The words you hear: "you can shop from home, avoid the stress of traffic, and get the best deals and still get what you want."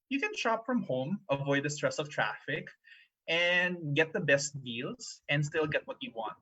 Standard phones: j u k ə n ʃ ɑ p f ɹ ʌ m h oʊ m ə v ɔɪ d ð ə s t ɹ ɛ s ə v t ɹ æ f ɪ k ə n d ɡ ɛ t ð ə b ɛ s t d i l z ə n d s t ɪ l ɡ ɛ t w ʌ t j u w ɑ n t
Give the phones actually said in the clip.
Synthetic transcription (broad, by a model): j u k ə n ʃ ɑ p f ɹ ʌ m h oʊ m ə v ɔɪ d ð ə s t ɹ ɛ s ə v t ɹ æ f ɪ k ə n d ɡ ɛ t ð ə b ɛ s t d i l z ə n d s t ɪ l ɡ ɛ t w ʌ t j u w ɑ n t